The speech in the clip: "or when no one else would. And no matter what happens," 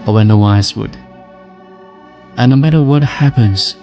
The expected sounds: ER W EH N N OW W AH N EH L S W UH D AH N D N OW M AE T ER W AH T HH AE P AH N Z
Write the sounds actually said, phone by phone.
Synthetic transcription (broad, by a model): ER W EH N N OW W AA IH S W UH D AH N N OW M AE T ER W AH T HH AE P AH N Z